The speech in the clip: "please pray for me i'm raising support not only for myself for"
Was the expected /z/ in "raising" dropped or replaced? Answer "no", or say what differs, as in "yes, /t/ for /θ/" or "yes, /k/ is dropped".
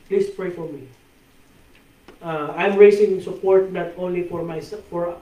yes, /s/ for /z/